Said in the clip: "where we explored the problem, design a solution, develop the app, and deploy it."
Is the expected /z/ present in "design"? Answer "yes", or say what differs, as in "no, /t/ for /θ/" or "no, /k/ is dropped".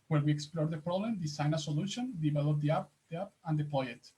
no, /s/ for /z/